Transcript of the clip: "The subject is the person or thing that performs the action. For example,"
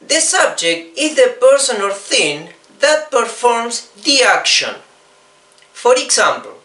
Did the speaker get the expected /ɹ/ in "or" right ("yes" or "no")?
no